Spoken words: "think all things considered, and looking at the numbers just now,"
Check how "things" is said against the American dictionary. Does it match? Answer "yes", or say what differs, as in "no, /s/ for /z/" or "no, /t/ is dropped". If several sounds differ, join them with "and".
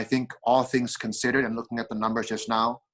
yes